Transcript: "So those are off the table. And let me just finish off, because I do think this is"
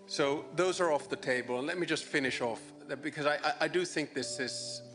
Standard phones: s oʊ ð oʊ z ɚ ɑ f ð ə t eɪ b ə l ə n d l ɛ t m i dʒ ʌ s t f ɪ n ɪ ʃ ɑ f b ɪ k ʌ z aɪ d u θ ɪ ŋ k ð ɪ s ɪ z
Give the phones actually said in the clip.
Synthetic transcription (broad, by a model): s oʊ ð oʊ z ɚ ɑ f ð ə t eɪ b ə l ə n l ɛ t m i dʒ ʌ s t f ɪ n ɪ ʃ ɑ f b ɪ k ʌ z aɪ d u θ ɪ ŋ k ð ɪ s ɪ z